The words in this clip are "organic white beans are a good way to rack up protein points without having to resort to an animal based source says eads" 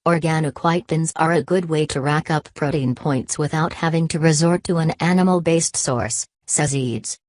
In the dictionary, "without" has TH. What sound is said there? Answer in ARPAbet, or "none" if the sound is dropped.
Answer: TH